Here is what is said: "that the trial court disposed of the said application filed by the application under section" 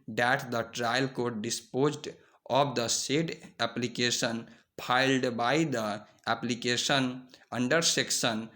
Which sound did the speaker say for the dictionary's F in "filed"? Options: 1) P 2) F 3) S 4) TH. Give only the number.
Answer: 1